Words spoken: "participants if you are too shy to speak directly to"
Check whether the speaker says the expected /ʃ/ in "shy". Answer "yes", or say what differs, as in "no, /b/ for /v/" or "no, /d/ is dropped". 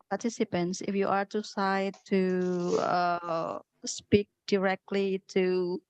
no, /s/ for /ʃ/